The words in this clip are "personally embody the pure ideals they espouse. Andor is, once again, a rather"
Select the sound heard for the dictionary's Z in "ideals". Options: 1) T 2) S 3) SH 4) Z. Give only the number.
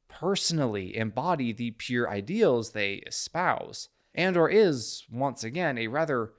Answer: 4